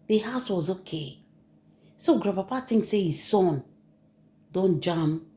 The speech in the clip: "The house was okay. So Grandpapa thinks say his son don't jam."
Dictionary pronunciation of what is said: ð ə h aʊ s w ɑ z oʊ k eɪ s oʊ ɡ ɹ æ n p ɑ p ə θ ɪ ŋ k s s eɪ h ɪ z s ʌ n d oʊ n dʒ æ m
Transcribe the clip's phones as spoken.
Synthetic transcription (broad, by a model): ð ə h aʊ s w ɑ z oʊ k eɪ s oʊ ɡ ɹ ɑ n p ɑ p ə t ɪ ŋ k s s eɪ h ɪ z s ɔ n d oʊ n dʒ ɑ m